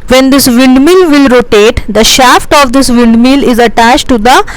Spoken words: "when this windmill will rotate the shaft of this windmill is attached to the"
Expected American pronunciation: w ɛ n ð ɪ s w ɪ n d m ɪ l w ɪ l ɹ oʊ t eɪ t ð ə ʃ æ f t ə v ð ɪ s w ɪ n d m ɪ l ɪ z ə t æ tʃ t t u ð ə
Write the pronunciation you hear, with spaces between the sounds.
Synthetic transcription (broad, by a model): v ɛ n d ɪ s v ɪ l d m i l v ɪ l ɹ oʊ t eɪ t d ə ʃ æ f t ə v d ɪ s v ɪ l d m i l ɪ z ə t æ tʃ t t u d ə